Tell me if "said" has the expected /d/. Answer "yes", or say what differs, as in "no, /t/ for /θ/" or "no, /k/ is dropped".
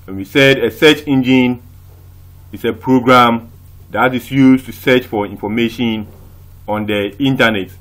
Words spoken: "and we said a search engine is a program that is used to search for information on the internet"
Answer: yes